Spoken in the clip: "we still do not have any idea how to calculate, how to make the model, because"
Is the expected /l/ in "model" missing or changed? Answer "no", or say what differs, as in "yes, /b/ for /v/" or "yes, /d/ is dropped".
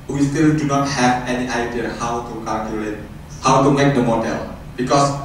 no